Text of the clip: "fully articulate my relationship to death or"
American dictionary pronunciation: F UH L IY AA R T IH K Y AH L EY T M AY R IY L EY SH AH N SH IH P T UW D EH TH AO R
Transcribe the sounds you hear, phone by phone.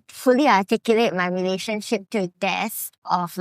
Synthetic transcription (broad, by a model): F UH L IY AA T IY K Y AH L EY T M AY R IY L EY SH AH N SH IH P T UW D EH S AO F